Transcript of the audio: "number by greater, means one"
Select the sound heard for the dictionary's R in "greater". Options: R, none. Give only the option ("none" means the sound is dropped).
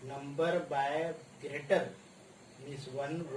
R